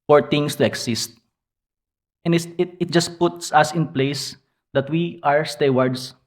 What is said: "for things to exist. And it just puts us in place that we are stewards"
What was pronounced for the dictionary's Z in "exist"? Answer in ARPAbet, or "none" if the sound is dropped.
S